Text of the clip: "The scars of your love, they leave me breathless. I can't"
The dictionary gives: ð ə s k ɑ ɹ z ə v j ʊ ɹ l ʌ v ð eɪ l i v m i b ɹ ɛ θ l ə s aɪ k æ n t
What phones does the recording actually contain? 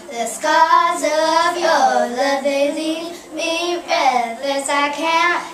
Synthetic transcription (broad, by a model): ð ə s k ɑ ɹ z ə v j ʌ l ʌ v ð eɪ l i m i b ɛ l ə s aɪ k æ n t